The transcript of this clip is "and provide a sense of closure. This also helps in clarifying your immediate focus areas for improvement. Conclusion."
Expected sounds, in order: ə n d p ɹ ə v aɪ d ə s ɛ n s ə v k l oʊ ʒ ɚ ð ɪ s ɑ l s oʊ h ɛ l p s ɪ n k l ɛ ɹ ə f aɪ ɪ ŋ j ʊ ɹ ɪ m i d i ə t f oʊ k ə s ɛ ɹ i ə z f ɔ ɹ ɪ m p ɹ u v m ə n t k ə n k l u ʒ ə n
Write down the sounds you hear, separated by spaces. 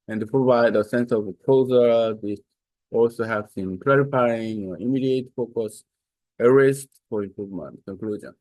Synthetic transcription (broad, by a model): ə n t p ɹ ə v aɪ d ə s ɛ n s ə v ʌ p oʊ z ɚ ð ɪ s ɑ l s oʊ h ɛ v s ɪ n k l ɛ ɹ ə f aɪ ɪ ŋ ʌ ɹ ɪ m i d i ə t f oʊ k ə s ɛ ɹ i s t f ɔ ɹ ɪ m p ɹ u v m ə n t k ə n k l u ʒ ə n